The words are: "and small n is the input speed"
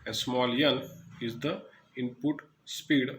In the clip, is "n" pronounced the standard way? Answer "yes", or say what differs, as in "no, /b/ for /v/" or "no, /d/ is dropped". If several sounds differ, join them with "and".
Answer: no, /l/ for /n/